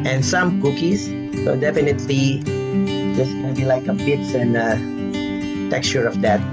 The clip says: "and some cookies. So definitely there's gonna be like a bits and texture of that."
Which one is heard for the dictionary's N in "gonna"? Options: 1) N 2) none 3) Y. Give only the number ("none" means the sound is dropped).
2